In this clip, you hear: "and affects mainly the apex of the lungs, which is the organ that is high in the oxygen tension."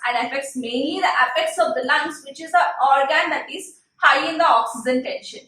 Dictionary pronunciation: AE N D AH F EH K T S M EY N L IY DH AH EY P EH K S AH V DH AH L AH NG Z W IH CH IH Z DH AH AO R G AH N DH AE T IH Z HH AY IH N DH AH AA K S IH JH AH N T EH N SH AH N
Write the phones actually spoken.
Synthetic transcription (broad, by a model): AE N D AH F EH K T S M EY N L IY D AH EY F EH K S AH V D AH L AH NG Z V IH CH IH Z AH AO R G AH N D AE T IH Z HH AY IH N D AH AA K S IH JH AH N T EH N SH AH N